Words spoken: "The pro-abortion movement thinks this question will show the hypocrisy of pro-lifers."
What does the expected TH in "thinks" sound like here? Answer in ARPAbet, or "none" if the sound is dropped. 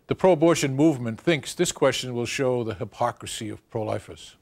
TH